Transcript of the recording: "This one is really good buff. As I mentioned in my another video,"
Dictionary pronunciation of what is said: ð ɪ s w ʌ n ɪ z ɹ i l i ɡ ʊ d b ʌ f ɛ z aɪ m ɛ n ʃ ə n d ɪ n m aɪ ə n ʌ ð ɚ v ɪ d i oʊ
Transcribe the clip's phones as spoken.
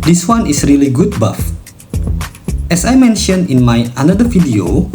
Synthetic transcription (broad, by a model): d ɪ s w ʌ n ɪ s ɹ i l i ɡ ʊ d b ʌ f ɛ s aɪ m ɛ n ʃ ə n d ɪ n m aɪ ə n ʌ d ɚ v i d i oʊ